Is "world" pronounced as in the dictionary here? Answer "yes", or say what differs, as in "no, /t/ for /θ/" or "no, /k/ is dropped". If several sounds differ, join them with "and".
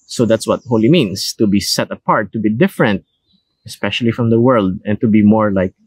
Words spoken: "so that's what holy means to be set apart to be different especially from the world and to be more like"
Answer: yes